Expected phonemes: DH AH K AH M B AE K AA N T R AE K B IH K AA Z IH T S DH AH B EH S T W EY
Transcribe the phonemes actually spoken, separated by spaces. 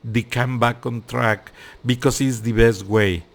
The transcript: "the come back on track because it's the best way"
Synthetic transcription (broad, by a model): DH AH K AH M B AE K AA N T R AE K B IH K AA S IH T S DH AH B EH S T W EY